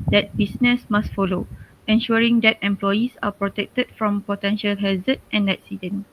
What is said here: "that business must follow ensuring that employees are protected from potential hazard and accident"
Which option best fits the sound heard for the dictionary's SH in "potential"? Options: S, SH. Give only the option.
SH